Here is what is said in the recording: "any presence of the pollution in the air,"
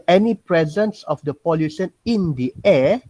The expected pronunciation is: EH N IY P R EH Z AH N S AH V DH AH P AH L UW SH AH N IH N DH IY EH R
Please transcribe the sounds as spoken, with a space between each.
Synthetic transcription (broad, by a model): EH N IY P R EH Z AH N S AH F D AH P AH L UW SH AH N IH N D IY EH